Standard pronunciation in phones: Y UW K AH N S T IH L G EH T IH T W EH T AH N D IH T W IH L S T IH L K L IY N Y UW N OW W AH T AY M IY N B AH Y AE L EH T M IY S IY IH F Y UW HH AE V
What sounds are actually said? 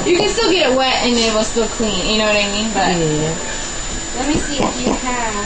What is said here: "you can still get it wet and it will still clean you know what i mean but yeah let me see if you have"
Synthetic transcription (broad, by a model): Y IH K AH N S T IH L G EH T IH T W EH T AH N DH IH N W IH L S T IH L K L IY N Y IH N OW W AH T AY M IY N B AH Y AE L EH T M IY S IY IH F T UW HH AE